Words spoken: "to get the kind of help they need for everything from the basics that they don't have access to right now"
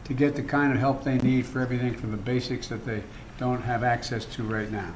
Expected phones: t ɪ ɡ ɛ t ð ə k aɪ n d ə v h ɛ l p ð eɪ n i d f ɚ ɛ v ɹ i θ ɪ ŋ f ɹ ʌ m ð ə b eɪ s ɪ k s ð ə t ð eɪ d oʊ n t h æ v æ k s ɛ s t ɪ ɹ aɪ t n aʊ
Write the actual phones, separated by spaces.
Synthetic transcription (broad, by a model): t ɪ ɡ ɛ t ð ə k aɪ n d ə v h ɛ l p ð eɪ n i d f ɚ ɛ v ɹ i θ ɪ ŋ f ɹ ʌ m ð ə b eɪ s ɪ k s ð ə t ð eɪ d oʊ n t h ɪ v æ k s ɛ s t ɪ ɹ aɪ t n aʊ